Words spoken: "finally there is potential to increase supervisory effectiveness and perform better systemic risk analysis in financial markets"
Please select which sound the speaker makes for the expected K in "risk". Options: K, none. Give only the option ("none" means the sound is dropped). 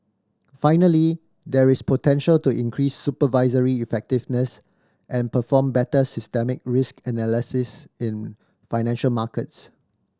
K